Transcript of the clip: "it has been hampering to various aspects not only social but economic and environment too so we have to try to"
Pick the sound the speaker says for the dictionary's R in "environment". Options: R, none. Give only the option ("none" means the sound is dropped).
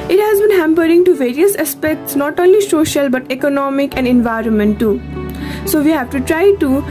R